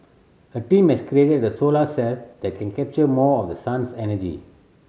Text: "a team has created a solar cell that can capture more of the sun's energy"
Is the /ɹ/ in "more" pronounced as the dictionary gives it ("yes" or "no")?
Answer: yes